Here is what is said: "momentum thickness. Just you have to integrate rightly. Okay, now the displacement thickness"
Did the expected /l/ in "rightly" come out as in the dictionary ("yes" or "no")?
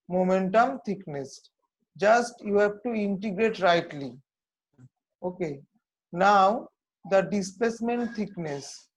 yes